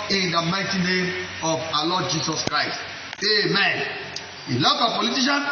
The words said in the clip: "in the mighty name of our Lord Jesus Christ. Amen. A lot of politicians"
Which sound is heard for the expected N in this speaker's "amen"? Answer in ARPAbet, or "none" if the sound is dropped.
N